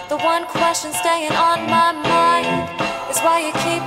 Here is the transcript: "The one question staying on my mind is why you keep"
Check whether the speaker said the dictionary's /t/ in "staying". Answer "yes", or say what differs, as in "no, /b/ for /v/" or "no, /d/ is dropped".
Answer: yes